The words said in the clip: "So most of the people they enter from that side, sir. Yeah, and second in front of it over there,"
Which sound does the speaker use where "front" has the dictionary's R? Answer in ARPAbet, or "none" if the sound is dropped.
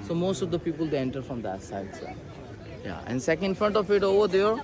R